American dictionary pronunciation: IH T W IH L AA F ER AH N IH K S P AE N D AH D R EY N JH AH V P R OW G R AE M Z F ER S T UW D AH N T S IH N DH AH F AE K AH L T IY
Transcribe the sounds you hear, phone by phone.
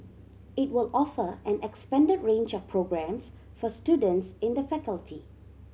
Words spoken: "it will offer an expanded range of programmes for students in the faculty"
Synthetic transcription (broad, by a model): IH T W IH L AA F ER AH N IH K S P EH N D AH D R EY N JH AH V P R OW G R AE M S F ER S T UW D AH N T S IH N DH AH F AE K AH L T IY